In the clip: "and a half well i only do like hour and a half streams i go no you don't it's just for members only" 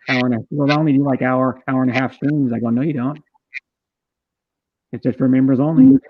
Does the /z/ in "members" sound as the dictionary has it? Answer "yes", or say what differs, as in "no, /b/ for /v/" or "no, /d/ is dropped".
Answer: yes